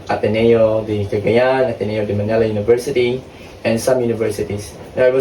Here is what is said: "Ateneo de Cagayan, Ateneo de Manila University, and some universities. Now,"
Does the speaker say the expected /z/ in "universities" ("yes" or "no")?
no